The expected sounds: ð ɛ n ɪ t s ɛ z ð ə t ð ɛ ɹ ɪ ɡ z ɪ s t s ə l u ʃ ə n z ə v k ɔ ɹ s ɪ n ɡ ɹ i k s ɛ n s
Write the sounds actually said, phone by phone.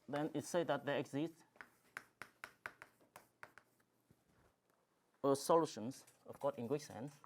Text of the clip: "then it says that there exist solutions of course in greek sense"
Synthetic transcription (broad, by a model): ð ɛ n ɪ t s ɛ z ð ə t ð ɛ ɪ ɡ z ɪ s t s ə l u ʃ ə n s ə f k ɔ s ɪ n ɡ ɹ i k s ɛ n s